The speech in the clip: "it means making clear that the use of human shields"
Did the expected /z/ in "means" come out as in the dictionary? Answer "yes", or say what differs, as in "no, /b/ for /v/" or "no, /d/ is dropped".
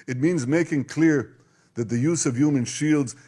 yes